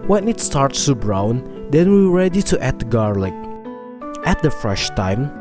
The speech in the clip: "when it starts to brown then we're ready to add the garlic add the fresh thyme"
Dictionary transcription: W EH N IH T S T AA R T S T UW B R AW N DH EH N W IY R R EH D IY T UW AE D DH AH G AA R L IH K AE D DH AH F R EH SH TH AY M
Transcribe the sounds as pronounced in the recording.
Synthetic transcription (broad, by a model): W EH N IH T S T AA R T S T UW B R AW N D EH N W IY W R EH D IY T UW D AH G AA R L IH K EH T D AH F R EH SH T AY M